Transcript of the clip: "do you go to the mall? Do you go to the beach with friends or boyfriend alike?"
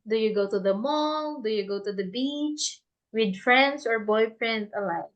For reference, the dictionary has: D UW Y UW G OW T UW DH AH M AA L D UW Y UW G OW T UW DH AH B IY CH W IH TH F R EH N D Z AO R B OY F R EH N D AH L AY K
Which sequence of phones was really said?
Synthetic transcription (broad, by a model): D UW Y UW G OW T UW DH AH M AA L D UW Y UW G OW T UW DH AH B IY CH W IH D F R EH N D S AO R B OY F R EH N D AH L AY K